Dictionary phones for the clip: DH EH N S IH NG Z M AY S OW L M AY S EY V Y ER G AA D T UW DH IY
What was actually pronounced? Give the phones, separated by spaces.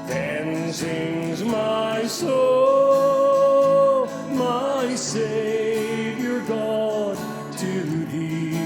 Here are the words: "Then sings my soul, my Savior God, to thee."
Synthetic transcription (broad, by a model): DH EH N S IH NG Z M AY S OW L M AY S EY V Y ER G AA D T UW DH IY